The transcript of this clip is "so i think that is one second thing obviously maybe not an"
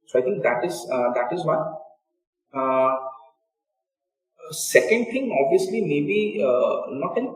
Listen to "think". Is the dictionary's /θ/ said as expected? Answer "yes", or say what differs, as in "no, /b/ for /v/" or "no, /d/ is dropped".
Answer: no, /t/ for /θ/